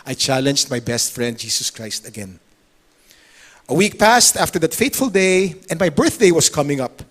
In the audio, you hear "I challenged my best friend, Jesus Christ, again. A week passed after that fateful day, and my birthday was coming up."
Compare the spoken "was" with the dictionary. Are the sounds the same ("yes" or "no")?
no